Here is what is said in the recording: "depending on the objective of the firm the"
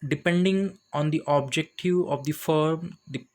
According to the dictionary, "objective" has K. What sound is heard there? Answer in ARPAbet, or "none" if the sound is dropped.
K